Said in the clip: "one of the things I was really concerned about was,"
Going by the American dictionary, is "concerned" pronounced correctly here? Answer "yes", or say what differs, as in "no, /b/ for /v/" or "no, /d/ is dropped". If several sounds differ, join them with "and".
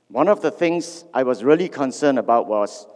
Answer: no, /d/ is dropped